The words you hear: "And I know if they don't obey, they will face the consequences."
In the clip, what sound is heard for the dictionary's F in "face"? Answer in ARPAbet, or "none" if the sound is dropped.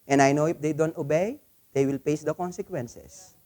P